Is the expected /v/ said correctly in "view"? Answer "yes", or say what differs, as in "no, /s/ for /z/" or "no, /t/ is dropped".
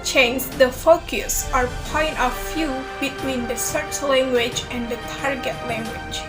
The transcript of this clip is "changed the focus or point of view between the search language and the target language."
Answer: no, /f/ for /v/